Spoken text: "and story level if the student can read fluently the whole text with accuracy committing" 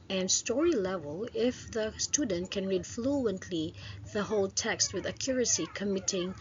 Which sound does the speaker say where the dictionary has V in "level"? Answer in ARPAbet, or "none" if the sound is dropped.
V